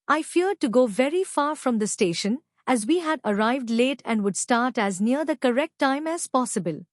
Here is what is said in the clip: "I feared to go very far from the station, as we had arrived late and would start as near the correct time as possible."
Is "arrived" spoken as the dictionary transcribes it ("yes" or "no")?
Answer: yes